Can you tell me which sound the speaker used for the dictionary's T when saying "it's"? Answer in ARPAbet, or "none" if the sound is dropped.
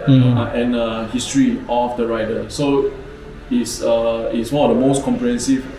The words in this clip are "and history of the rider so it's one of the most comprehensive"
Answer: S